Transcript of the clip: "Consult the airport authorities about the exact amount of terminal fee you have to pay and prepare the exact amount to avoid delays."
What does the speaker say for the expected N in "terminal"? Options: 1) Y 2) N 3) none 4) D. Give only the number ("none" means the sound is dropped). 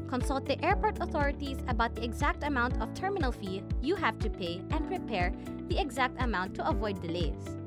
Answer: 2